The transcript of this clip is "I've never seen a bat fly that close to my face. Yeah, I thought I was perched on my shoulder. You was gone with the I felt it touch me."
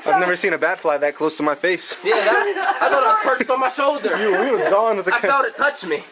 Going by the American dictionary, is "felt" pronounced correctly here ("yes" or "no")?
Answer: no